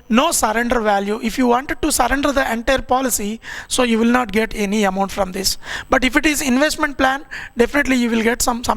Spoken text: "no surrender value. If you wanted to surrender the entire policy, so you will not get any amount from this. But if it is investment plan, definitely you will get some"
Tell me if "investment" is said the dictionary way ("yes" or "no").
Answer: yes